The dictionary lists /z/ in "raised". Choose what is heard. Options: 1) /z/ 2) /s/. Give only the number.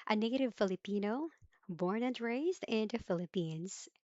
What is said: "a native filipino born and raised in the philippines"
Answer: 1